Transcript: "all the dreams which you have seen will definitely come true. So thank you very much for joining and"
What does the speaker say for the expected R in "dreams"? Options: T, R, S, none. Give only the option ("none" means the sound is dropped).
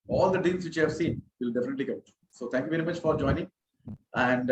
none